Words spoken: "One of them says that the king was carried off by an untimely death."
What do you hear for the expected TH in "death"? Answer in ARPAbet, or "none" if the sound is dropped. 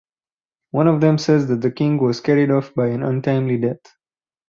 T